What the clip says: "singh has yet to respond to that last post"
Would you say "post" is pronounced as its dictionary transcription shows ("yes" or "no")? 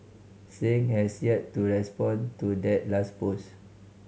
no